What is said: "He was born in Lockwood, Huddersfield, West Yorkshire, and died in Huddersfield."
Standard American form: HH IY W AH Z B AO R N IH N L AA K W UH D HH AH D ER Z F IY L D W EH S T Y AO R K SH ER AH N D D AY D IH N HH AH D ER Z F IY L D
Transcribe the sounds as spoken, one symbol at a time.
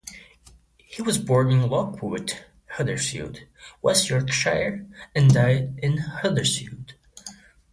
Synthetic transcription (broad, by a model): HH IY W AH Z B AO R N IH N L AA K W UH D HH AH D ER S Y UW D W EH S T Y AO R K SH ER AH N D D AY D IH N HH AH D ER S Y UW D